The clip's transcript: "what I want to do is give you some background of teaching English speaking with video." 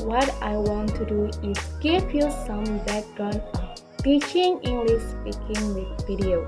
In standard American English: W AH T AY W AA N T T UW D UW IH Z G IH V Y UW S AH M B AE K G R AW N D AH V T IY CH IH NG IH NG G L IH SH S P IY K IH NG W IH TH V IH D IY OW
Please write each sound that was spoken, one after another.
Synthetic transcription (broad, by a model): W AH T AY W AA N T T UW D UW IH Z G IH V Y UW S AH M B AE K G AW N AH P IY CH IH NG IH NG G L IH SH S P IY K IH NG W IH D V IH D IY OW